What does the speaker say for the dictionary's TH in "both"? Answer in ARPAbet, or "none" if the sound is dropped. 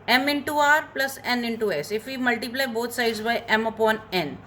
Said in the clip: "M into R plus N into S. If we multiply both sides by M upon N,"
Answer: T